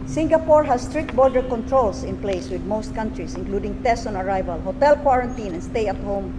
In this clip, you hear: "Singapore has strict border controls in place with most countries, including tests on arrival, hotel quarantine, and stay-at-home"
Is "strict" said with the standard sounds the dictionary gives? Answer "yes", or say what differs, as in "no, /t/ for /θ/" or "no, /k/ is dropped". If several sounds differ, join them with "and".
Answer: yes